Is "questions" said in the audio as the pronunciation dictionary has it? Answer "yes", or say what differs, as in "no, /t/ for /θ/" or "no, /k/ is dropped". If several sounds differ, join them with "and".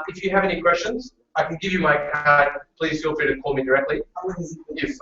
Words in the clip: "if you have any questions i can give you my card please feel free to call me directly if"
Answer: yes